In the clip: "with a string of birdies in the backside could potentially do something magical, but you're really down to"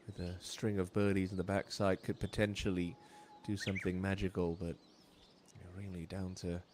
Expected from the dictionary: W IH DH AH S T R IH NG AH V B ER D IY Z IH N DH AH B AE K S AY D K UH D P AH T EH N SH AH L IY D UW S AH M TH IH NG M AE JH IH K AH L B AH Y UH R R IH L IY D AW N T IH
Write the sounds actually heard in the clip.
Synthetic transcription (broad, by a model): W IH DH AH S T R IH NG AH V B ER D IY Z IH N DH AH B AE K S AY D K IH D P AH T EH N SH L IY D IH S AH M TH IH NG M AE JH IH K L B AH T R R IH L IY D AW N T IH